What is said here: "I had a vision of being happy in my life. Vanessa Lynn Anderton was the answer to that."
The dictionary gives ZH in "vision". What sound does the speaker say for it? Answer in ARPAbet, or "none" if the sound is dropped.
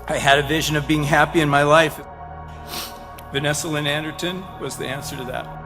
ZH